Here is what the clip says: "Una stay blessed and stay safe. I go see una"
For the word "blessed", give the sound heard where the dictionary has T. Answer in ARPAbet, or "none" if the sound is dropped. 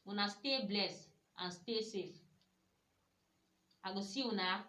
none